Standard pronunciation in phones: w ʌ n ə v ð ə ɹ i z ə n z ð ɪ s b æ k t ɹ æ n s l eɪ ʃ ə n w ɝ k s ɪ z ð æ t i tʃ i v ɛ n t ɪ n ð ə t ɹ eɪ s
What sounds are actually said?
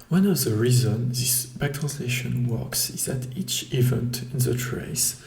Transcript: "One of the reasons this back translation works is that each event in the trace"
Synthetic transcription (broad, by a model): w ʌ n ə v ð ə ɹ i z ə n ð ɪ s b æ k t ɹ æ n s l eɪ ʃ ə n w ɝ k s ɪ z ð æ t i tʃ i v ɛ n t ɪ n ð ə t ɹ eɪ s